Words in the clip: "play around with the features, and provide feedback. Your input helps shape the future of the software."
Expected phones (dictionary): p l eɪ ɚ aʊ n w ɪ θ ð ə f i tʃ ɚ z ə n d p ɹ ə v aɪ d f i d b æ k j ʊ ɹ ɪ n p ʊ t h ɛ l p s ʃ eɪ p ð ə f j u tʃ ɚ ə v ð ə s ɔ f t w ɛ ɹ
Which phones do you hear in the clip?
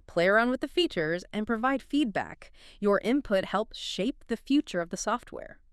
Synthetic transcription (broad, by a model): p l eɪ ɚ aʊ n w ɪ ð ə f i tʃ ɚ z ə n p ɹ ə v aɪ d f i d b æ k j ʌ ɹ ɪ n p ʊ t h ɛ l p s ʃ eɪ p ð ə f j u tʃ ɚ ə v ð ə s ɔ f t w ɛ ɹ